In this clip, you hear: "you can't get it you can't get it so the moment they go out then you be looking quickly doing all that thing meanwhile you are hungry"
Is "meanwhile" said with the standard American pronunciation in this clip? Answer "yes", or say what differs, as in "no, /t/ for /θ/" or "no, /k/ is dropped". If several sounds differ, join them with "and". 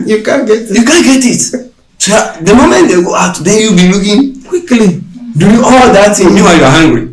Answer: no, /n/ is dropped